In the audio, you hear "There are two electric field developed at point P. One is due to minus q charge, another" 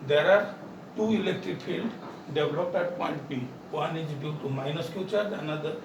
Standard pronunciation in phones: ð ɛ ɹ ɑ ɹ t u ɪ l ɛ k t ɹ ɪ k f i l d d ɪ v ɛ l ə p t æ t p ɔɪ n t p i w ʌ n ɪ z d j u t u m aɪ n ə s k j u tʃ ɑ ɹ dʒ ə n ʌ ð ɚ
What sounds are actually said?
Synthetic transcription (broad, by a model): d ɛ ɹ ɑ ɹ t u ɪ l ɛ k t ɹ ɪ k f i l d d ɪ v l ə p ɛ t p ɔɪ n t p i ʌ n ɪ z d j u t u m aɪ n ə s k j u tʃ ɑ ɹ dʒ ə n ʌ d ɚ